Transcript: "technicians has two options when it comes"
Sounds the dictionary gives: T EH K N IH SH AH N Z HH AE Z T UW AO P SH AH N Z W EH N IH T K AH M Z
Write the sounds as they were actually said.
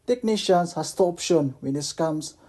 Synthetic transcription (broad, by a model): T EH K N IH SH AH N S HH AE S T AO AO P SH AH N W EH N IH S K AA M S